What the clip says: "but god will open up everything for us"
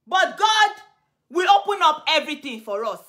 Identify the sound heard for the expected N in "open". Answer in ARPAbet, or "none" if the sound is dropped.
N